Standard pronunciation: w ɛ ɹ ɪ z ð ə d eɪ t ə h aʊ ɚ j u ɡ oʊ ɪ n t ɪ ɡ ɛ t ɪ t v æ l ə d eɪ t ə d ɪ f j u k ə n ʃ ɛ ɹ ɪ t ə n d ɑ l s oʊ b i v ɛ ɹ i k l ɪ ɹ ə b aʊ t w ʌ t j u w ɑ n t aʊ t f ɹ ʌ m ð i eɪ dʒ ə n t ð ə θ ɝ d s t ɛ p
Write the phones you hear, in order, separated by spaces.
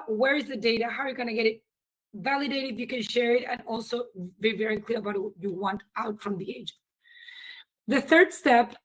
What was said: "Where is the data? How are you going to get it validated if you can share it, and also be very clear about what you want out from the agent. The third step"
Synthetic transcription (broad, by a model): w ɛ ɹ ɪ z ð ə d eɪ t ə h aʊ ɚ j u ɡ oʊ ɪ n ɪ ɡ ɛ t ɪ t v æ l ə d eɪ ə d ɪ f j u k ə n ʃ ɛ ɹ ɪ t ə n ɑ l s oʊ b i v ɛ ɹ i k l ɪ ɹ ə b aʊ t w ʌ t j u w ɑ n t aʊ t f ɹ ʌ m ð i eɪ dʒ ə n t ð ə θ ɝ d s t ɛ p